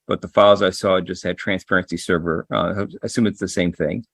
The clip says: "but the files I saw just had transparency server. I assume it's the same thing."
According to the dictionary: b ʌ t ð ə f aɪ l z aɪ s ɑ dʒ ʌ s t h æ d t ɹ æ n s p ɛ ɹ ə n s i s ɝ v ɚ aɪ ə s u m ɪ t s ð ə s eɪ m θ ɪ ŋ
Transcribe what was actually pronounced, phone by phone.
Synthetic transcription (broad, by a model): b ʌ t ð ə f aɪ l z aɪ s ɑ dʒ ʌ s t h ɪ d t ɹ æ n s p ɛ ɹ ə n s i s ɝ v ɚ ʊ ə s u m ɪ t s ð ə s eɪ m θ ɪ ŋ